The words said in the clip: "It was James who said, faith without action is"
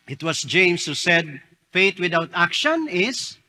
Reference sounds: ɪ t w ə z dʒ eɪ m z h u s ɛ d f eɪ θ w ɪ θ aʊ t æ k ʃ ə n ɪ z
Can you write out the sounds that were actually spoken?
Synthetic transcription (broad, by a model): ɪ t w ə s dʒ eɪ m s h u s ɛ d f eɪ t w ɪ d aʊ t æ k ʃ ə n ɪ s